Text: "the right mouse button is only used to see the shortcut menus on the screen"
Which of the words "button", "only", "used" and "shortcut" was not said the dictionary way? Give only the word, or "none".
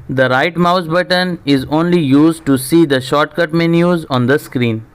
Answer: none